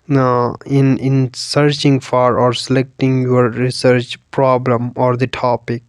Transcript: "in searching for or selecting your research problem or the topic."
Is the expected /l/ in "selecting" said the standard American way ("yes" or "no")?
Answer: yes